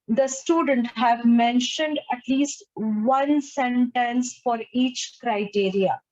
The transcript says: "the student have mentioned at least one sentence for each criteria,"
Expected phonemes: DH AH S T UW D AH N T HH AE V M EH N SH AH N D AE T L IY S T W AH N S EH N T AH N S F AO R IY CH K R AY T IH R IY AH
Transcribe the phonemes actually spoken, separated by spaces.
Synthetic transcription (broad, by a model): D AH S T UW D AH N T HH AE V M EH N SH AH N D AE T L IY S T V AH N S EH N T AH N S F AO R IY CH K R AY T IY R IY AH